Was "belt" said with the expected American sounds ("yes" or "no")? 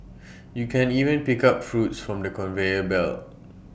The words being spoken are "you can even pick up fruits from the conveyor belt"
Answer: no